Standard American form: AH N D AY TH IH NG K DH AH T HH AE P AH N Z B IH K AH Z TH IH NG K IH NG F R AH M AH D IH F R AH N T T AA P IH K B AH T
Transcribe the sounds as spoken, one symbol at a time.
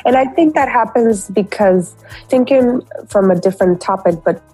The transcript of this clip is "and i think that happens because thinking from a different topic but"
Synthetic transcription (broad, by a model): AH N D AY TH IH NG K DH AH T HH AE P AH N Z B IH K AH Z TH IH NG K IH NG F R AH M AH D IH F R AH N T T AA P IH K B AH T